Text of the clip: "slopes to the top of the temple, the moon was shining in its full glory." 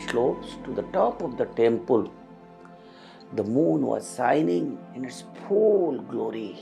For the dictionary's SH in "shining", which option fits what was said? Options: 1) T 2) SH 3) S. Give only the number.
3